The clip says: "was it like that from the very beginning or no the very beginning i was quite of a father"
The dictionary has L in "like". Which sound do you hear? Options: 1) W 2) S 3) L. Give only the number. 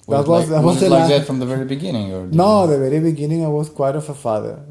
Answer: 1